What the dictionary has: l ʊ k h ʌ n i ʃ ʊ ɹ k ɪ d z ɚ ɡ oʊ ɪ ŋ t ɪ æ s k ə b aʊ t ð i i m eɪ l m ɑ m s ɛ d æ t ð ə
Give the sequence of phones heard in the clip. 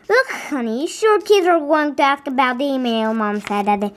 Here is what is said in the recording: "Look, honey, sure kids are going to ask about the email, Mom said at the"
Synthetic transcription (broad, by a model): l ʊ k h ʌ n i ʃ ʊ ɹ k ɪ d z ɚ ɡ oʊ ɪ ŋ t ɪ æ s k ə b aʊ t ð i i m eɪ l m ɑ m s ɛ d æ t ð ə